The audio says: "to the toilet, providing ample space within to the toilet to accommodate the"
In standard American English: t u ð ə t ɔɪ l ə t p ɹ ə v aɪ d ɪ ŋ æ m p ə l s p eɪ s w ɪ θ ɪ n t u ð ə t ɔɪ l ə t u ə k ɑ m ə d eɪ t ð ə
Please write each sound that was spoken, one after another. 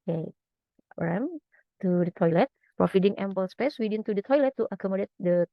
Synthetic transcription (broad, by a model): t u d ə t ɔɪ l ə t p ɹ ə f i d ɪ ŋ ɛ m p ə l s p eɪ s w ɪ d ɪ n t u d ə t ɔɪ l ə t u ə k ɑ m ə d eɪ t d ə